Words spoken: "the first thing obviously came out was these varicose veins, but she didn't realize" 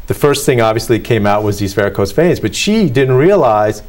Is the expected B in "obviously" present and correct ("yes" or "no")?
yes